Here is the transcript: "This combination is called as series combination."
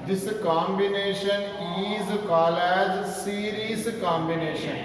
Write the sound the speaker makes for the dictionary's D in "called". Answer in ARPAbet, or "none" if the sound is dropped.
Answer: none